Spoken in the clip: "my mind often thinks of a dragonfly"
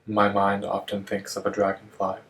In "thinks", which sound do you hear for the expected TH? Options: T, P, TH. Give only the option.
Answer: TH